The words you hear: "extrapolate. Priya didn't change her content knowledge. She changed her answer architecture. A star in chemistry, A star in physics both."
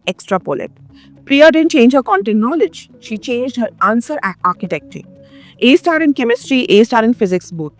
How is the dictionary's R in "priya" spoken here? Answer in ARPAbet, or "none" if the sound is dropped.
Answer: R